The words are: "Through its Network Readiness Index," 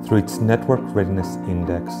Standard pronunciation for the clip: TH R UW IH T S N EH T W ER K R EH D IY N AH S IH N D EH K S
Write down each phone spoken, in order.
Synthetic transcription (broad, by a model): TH R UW IH T S N EH T W ER K R EH D IY N AH S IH N D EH K S